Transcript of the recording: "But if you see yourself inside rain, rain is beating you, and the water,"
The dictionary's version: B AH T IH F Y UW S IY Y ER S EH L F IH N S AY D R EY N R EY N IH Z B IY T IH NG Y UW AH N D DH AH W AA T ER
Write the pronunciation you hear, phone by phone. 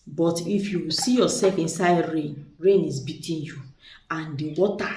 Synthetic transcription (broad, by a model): B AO T IH F Y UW S IY Y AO S EH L F IH N S AY D R EY N R EY N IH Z B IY T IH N Y UW AH N D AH W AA T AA